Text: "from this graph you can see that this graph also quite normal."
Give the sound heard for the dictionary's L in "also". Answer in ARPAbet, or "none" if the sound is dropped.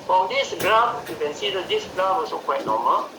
none